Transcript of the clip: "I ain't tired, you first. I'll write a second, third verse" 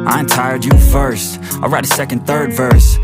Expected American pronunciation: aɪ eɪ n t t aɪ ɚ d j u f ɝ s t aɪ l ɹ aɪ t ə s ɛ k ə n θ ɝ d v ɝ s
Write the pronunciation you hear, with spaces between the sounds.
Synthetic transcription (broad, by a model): aɪ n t t aɪ ɚ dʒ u f ɝ s t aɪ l ɹ aɪ t ə s ɛ k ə n θ ɝ d v ɝ s